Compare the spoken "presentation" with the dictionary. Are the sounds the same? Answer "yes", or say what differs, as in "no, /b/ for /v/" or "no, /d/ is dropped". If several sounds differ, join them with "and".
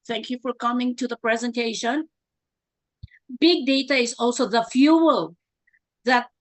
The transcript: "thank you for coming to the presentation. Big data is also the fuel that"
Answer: yes